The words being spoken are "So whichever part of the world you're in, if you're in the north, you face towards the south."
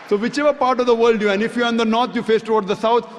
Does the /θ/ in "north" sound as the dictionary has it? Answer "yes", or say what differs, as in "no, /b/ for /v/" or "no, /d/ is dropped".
no, /t/ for /θ/